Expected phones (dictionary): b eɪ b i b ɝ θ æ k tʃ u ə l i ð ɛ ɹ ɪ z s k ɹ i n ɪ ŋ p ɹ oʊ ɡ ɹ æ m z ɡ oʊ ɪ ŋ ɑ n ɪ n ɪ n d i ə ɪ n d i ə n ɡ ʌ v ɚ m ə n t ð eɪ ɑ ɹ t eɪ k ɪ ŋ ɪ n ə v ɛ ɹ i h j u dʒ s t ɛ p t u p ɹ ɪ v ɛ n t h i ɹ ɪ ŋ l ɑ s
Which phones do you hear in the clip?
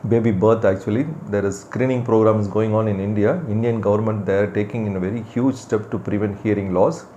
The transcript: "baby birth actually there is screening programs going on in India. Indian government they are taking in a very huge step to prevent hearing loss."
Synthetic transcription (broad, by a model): b eɪ b i b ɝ t æ k tʃ u ə l i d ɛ ɹ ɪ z s k ɹ i n ɪ ŋ p ɹ oʊ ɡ ɹ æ m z ɡ oʊ ɪ ŋ ɑ n ɪ n ɪ n d i ə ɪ n d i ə n ɡ ʌ v ɚ m ə n t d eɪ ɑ ɹ t eɪ k ɪ ŋ ɪ n ə v ɛ ɹ i h j u dʒ s t ɛ p t u p ɹ ɪ v ɛ n t h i ɹ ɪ ŋ l ɑ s